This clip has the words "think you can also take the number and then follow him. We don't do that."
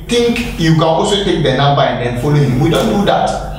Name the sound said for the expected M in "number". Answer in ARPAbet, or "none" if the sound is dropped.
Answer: none